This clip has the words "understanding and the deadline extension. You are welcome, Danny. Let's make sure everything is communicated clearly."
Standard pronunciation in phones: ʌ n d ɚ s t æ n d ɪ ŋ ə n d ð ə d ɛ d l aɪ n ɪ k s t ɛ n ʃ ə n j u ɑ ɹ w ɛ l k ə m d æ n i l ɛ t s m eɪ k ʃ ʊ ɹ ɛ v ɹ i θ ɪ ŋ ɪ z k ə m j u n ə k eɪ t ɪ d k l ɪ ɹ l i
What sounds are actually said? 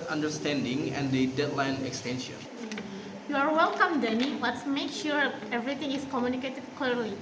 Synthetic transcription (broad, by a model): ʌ n d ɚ s t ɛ n d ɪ ŋ ə n d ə d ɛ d l aɪ n ɪ k s t ɛ n ʃ ə n j u ɑ ɹ w ɛ l k ə m d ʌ n i w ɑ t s m eɪ k ʃ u ɹ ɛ v ɹ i t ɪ ŋ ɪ s k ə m j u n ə k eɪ t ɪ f k l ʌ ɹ l i